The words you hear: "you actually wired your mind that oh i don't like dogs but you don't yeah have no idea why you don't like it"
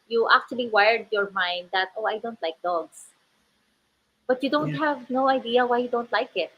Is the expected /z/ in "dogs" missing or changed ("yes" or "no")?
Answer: yes